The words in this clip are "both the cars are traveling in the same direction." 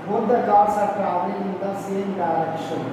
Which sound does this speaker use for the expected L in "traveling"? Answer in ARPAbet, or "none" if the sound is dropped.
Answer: none